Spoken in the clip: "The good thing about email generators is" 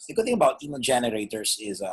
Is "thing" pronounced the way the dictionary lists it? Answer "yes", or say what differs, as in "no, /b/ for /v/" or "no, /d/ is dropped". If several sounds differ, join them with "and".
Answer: yes